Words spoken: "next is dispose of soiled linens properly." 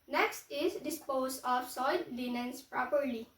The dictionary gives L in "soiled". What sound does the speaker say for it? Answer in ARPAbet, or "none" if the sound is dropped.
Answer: none